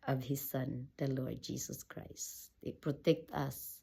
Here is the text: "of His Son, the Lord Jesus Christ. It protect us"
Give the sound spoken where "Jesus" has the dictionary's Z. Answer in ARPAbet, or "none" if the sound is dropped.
S